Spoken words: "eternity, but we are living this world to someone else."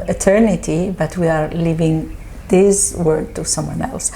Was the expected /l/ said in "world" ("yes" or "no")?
no